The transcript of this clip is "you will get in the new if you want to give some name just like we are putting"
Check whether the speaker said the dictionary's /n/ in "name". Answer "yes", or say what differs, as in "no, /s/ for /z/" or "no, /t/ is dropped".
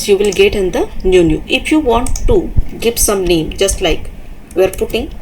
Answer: no, /l/ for /n/